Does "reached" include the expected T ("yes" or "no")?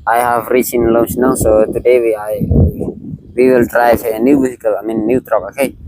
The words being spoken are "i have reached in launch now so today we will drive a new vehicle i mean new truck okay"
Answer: no